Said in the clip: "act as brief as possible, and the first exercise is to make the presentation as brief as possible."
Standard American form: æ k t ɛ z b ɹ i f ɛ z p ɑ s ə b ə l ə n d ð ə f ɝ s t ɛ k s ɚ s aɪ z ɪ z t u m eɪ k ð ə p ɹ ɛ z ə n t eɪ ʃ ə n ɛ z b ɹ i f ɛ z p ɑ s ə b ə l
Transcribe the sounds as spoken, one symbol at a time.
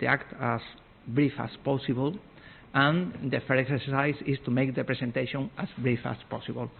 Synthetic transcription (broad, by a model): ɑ k t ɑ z b ɹ i f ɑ s p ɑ s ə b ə l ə n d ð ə f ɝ t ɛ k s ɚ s aɪ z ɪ s t u m eɪ k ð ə p ɹ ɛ s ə n t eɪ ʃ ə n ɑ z b ɹ i f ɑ s p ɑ s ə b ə l